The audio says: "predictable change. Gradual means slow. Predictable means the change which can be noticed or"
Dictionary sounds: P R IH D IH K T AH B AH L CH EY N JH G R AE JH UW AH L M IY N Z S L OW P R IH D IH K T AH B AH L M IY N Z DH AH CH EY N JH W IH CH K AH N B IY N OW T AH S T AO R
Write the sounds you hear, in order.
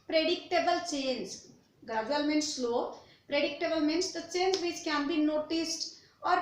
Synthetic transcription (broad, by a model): P R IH D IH K T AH B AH L CH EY N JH G AH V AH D M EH N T S L OW P R IH D IH K T AH B AH L M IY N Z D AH CH EY N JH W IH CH K AH N B IY N OW T AH S T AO R